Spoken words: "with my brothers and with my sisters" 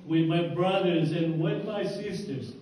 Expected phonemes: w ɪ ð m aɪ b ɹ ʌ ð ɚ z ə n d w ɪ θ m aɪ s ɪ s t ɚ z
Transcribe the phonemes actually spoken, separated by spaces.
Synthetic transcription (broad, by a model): w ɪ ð m aɪ b ɹ ʌ ð ɚ z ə n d w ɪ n m aɪ s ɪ s t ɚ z